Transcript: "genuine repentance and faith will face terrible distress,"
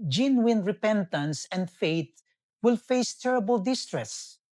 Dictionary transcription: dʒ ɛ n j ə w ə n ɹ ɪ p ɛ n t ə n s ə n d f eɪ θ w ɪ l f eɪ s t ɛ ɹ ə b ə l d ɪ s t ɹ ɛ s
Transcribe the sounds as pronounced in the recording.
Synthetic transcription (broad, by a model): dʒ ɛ n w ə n ɹ ɪ p ɛ n t ə n s ə n d f eɪ t w ɪ l f eɪ s t ɛ ɹ ə b ə l d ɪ s t ɹ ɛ s